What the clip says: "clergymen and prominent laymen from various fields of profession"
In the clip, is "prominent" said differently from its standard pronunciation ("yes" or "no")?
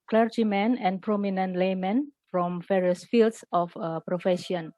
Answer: no